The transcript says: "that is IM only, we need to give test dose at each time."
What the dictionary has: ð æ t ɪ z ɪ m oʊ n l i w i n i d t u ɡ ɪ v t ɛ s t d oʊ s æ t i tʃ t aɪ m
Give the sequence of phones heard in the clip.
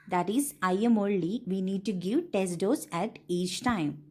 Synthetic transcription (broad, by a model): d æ t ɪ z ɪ m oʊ l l i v i n i d t u ɡ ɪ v t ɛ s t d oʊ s æ t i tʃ t aɪ m